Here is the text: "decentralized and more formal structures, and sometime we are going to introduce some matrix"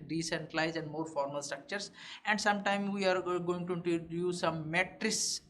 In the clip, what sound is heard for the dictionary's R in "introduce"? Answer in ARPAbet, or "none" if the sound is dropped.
none